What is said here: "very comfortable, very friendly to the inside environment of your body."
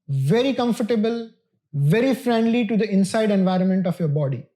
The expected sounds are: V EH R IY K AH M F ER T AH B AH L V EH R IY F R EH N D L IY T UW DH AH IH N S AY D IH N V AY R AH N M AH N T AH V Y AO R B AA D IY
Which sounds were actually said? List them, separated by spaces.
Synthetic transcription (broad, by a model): V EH R IY K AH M F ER T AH B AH L V EH R IY F R EH N D L IY T UW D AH IH N S AY D IH N V AY R AH N M AH N T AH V Y AO R B AA D IY